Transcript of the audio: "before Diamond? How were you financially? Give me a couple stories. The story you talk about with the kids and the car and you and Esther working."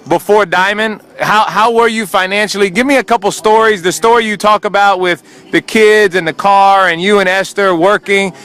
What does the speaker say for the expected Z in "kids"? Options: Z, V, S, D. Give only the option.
Z